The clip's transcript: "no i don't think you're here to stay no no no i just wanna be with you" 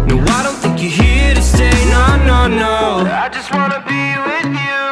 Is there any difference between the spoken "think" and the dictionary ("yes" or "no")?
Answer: no